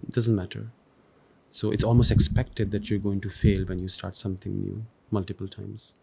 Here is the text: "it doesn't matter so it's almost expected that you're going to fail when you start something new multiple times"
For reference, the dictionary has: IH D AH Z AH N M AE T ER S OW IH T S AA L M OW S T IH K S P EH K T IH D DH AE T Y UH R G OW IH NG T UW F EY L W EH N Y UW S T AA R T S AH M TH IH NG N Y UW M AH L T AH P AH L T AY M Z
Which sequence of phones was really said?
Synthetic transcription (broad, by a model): D AH Z AH N M AE T ER S OW IH T S AA L M OW S T IH K S P EH K T IH D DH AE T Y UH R G OW IH NG T UW F EY L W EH N Y UW S T AA R T S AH M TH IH NG N Y UW M AH L T AH P AH L T AY M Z